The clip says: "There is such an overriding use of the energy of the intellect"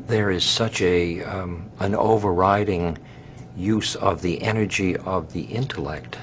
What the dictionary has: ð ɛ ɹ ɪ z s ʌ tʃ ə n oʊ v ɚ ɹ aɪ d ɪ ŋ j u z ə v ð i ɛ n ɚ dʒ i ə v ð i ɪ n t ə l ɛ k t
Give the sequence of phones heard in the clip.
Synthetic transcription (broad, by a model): ð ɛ ɹ ɪ z s ʌ tʃ ə n oʊ v ɚ ɹ aɪ d ɪ ŋ j u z ə v ð i ɛ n ɚ dʒ i ə v ð i ɪ n t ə l ɛ k t